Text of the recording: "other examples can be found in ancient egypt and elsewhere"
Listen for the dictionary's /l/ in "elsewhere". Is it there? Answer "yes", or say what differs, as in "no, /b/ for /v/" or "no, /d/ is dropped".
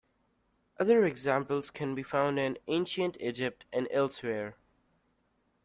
yes